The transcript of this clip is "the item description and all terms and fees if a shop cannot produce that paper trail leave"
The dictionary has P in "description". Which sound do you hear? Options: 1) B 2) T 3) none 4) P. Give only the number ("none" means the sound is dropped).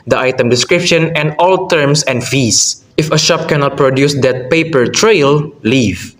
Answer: 4